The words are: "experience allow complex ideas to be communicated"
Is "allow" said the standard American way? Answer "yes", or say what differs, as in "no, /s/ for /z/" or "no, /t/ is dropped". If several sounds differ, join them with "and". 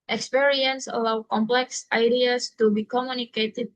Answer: yes